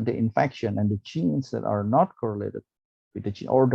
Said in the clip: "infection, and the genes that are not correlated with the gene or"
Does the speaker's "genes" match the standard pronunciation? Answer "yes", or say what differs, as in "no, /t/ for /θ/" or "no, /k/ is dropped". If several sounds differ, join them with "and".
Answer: no, /tʃ/ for /dʒ/